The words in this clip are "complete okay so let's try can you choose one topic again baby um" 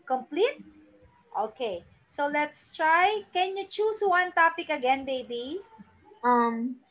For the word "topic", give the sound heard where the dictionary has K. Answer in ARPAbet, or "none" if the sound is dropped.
K